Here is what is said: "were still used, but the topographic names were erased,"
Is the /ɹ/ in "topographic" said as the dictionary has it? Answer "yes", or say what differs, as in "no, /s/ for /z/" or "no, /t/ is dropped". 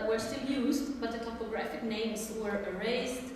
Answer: yes